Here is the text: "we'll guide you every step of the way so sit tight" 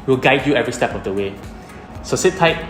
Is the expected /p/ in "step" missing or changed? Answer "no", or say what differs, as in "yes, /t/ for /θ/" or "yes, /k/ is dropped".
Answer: no